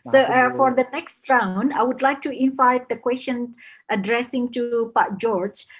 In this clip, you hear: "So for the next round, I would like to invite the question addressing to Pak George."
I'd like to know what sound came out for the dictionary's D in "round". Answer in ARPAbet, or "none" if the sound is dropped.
none